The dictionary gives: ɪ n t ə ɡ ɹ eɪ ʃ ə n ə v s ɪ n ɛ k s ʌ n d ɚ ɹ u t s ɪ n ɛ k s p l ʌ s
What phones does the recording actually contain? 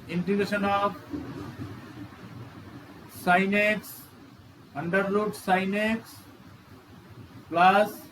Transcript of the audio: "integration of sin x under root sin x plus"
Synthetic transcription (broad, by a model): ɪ n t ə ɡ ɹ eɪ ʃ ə n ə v s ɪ n ɛ k s ʌ n d ɚ l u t s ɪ n ɛ k s p l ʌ s